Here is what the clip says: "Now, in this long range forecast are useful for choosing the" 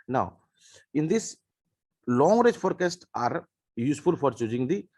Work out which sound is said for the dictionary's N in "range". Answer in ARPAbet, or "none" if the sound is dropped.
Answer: none